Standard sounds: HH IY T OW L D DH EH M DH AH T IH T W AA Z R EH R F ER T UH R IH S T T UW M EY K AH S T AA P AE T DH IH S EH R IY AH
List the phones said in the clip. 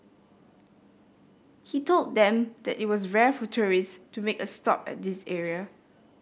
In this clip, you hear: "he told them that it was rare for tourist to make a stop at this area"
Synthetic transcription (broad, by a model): HH IY T OW L D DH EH M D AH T IH T W AA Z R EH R F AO T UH R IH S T T UW M EY K AH S T AA P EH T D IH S EH R IY AH